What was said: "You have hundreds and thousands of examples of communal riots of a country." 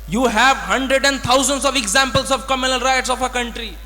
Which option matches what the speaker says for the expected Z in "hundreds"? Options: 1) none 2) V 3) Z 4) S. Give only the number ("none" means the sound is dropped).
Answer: 1